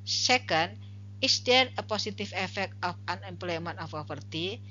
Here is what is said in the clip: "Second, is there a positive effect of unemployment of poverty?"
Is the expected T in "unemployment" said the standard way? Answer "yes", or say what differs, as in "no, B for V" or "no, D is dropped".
no, T is dropped